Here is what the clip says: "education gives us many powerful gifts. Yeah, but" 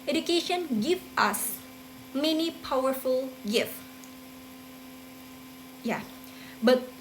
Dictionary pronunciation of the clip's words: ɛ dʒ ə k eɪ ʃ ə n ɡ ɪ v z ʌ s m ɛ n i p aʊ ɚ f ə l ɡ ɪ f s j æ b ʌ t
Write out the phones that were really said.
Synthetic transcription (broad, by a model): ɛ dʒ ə k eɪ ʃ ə n ɡ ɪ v ʌ s m ɛ n i p aʊ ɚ f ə l ɡ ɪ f j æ b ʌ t